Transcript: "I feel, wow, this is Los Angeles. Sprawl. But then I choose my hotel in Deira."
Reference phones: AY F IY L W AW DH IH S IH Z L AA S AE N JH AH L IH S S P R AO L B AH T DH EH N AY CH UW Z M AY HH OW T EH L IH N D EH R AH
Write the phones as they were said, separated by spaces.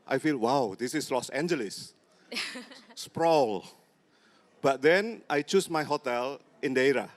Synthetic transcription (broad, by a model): AY F IY L W AW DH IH S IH S L AA S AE N JH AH L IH S S P R AO L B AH T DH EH N AY CH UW S M AY HH OW T EH L IH N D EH R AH